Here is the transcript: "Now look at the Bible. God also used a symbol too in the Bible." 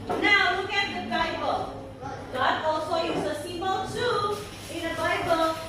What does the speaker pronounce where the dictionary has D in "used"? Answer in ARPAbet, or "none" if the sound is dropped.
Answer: none